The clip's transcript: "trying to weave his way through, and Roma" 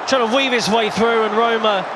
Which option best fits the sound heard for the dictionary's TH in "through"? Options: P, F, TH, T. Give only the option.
TH